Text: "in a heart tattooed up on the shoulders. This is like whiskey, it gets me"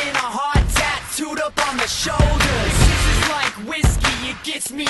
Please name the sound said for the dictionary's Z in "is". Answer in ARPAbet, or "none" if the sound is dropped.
S